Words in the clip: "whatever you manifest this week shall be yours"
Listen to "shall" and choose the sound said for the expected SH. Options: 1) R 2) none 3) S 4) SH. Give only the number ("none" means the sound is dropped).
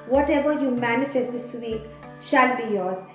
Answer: 4